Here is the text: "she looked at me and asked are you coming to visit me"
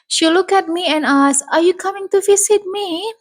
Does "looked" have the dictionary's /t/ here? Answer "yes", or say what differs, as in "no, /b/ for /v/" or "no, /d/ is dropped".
no, /t/ is dropped